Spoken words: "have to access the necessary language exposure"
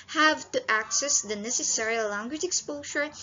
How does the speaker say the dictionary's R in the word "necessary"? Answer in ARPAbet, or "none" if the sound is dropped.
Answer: R